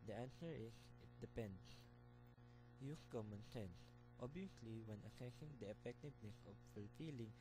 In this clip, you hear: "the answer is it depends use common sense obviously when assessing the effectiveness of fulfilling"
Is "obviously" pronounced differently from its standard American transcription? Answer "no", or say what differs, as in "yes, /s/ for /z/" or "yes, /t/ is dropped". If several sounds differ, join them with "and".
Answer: yes, /v/ is dropped